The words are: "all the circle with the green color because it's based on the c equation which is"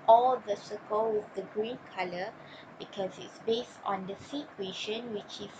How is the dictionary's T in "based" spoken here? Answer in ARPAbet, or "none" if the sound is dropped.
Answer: T